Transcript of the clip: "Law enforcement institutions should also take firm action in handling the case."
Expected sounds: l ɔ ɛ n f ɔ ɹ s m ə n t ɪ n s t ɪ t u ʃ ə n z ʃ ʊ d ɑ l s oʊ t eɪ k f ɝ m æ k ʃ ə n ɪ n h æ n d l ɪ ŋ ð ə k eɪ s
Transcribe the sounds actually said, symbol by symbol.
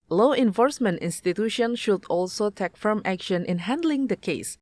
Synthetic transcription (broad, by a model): l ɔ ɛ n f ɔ ɹ s m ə n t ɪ n s t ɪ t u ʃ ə n ʃ ʊ d ɑ l s oʊ t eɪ k f ɝ m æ k ʃ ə n ɪ n h æ n d l ɪ ŋ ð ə k eɪ s